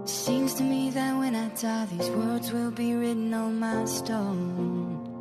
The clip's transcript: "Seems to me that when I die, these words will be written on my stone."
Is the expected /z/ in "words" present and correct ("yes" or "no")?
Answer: yes